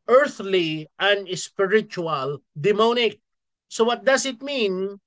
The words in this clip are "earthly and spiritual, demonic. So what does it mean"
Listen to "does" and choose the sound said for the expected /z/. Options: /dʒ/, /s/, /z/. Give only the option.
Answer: /s/